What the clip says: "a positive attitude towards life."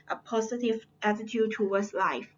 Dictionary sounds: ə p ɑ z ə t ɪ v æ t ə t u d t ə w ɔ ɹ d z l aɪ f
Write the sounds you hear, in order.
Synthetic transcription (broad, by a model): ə p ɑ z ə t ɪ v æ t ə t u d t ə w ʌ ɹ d s l aɪ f